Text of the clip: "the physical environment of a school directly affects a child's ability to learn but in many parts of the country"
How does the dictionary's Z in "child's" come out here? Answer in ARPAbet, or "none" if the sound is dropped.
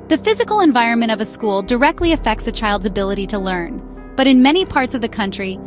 Z